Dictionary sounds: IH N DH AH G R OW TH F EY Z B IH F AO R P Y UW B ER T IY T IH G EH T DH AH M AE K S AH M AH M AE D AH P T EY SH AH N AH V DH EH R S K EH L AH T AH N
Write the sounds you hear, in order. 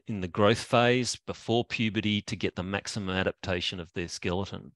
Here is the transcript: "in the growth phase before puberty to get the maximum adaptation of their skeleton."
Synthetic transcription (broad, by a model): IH N DH AH G R OW TH F EY Z B IH F AO R P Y UW B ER T IY T IH G EH T DH AH M AE K S AH M AH M AE D AH P T EY SH AH N AH V DH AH R S K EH L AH T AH N